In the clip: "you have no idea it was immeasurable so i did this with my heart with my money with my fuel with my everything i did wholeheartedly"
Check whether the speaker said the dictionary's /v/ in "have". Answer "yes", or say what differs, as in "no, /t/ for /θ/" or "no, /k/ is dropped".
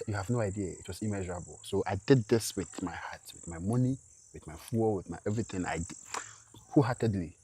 yes